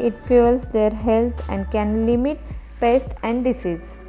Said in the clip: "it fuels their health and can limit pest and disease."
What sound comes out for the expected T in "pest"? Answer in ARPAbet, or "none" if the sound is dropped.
T